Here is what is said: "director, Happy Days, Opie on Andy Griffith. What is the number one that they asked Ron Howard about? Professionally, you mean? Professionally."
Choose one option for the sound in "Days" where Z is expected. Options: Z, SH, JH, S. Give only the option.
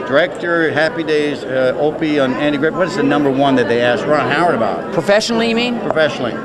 Z